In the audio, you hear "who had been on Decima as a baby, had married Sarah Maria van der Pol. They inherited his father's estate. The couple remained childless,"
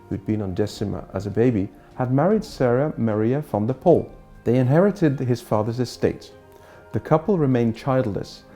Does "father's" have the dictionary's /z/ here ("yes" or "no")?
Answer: yes